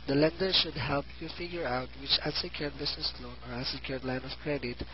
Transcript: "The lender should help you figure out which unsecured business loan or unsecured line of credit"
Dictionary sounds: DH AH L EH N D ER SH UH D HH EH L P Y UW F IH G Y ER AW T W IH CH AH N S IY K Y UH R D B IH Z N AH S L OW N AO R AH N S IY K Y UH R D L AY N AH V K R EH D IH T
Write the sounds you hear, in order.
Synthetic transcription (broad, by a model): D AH L EH N D ER SH UH D HH EH L P Y UW F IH G Y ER AW T W IH CH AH S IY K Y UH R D B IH S N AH S L OW N AO R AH S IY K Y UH R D L AY N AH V K R EH D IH T